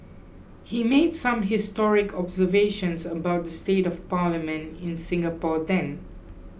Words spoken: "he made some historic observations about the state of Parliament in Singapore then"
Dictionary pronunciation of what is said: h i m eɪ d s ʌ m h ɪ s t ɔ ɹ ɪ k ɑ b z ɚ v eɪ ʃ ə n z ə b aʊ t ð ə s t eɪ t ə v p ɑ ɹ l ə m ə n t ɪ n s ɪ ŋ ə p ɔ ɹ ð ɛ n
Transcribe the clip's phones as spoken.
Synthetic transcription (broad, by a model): h i m eɪ d s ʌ m h ɪ s t ɔ ɹ ɪ k ɑ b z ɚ v eɪ ʃ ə n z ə b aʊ t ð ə s t eɪ t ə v p ɑ l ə m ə n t ɪ n s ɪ ŋ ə p ɔ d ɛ n